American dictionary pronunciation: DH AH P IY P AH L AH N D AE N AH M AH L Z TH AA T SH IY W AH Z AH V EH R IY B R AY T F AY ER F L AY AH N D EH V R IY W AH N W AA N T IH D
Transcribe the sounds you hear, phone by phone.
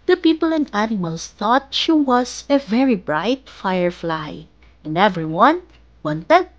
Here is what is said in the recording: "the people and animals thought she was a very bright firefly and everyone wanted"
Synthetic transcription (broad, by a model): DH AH P IY P AH L AH N D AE N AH M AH L S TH AA T SH IY W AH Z AH V EH R IY B R AY T F AY ER F L AY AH N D EH V R IY W AH N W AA N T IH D